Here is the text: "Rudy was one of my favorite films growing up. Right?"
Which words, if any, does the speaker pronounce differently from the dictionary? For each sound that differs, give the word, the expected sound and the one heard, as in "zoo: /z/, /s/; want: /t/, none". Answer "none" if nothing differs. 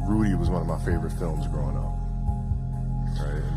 none